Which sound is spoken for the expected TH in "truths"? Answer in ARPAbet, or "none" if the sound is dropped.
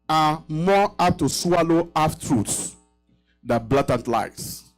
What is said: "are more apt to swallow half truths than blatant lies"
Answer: T